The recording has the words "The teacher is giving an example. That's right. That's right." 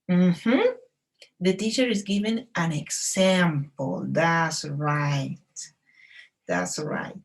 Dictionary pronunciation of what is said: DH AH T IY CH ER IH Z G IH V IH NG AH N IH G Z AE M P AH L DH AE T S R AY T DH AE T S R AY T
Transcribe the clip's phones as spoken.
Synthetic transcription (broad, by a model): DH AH T IY CH ER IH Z G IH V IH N AH N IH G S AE M P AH L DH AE T S R AY T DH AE T S R AY T